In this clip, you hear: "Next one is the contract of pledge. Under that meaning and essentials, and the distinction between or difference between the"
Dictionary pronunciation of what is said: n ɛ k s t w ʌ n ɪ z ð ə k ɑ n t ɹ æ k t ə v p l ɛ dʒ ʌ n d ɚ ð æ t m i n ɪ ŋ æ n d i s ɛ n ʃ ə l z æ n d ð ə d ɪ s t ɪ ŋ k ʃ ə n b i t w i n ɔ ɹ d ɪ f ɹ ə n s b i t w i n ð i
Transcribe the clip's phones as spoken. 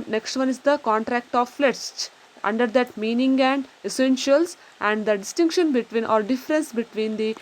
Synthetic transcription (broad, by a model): n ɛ k s t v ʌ n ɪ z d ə k ɑ n t ɹ æ k t ə v f l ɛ tʃ ʌ n d ɚ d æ t m i n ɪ ŋ æ n d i s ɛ n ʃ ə l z æ n d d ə d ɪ s t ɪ ŋ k ʃ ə n b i t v i n ɔ ɹ d ɪ f ɹ ə n s b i t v i n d i